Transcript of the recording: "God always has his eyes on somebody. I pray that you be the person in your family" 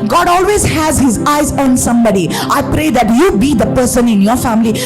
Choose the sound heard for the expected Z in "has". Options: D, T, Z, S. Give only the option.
Z